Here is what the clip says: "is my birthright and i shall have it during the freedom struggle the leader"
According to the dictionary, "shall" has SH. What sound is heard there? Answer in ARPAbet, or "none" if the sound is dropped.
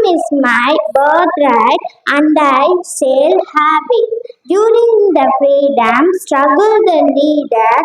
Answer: S